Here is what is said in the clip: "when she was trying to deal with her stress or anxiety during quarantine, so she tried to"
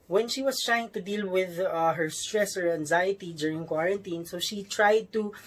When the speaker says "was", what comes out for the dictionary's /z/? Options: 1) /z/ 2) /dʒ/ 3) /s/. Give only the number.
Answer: 3